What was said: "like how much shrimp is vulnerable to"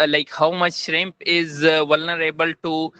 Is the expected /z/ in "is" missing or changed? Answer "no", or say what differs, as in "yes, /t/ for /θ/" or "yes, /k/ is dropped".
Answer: no